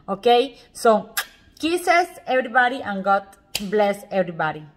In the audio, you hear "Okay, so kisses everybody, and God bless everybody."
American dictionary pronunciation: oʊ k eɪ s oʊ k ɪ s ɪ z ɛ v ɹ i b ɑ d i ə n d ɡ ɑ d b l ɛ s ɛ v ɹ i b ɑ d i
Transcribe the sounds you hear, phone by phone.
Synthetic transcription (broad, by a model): oʊ k eɪ s oʊ k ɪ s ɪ s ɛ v ɹ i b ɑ d i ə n ɡ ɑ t b l ɛ s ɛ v ɹ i b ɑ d i